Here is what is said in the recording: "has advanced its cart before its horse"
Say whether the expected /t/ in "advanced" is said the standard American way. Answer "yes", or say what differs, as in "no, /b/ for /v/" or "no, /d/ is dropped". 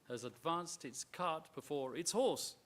yes